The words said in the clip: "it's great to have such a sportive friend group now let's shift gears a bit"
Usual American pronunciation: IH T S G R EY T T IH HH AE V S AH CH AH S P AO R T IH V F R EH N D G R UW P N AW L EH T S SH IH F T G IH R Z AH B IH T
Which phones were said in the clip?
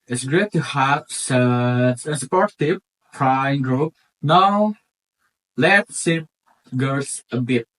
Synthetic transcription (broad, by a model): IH T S G R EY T T IH HH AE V S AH S AH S P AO R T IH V P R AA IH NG G R UW P N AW L EH T S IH T G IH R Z AH B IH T